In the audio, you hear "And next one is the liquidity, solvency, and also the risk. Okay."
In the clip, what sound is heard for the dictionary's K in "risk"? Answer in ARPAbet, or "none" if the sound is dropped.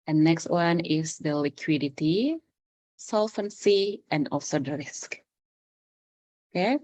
K